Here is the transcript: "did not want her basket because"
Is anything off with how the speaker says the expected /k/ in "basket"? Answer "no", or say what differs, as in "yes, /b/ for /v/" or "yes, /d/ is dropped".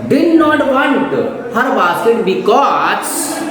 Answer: yes, /k/ is dropped